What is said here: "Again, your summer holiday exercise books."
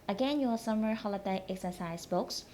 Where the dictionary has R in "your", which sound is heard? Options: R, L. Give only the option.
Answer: L